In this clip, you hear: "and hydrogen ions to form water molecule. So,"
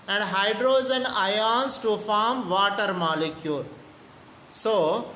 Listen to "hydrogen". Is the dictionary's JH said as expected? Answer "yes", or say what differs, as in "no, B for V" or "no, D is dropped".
no, Z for JH